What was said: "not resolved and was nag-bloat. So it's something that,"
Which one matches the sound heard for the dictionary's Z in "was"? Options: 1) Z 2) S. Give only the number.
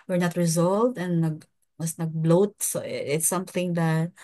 2